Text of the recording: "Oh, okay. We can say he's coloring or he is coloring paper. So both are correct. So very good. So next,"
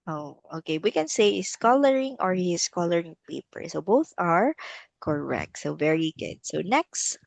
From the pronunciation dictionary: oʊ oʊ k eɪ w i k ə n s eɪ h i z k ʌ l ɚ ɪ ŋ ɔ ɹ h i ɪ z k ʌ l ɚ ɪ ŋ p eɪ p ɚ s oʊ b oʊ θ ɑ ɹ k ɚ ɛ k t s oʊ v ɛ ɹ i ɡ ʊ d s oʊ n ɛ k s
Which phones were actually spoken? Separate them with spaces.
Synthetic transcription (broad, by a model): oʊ oʊ k eɪ w i k ə n s eɪ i s k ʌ l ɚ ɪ ŋ ɔ ɹ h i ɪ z k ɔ l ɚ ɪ ŋ p eɪ p ɚ s oʊ b oʊ θ ɑ ɹ k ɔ ɛ k t s oʊ v ɛ ɹ i ɡ ʊ d s oʊ n ɛ k s